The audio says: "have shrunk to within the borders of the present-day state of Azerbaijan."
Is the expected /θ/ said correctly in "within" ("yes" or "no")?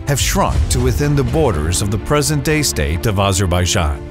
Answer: yes